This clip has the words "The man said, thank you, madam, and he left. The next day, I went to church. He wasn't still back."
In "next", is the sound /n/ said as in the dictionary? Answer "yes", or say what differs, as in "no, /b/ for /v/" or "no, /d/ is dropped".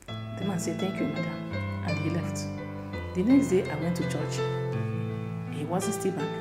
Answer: yes